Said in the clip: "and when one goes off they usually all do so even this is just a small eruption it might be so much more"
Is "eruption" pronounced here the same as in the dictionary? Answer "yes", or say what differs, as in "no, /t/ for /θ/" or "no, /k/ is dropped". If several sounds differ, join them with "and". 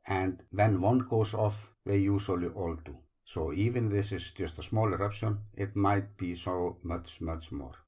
yes